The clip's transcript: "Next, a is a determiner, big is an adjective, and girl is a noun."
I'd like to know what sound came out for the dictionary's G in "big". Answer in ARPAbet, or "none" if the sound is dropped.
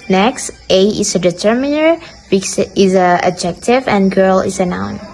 none